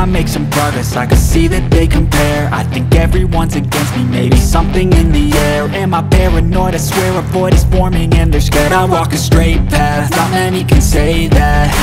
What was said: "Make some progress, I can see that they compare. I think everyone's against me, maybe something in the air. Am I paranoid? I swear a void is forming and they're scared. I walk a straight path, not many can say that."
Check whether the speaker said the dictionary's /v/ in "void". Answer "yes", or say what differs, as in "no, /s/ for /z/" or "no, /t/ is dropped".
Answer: no, /p/ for /v/